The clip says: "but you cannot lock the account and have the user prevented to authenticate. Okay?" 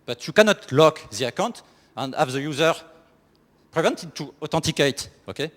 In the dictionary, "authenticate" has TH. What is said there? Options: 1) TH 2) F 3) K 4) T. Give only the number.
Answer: 4